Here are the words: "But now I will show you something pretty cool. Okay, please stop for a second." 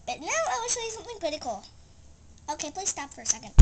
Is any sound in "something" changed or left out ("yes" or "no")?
no